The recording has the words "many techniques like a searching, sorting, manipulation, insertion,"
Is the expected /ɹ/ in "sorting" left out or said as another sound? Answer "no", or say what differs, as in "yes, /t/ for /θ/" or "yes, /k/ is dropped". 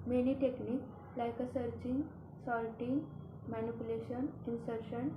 yes, /l/ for /ɹ/